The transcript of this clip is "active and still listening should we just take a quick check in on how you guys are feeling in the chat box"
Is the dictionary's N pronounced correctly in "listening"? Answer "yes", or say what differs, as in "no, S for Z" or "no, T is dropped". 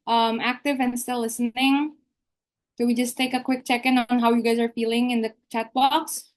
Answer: yes